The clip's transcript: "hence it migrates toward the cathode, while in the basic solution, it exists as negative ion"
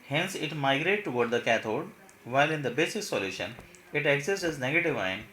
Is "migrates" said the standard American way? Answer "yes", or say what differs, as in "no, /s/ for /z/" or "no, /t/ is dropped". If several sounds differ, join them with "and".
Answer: no, /s/ is dropped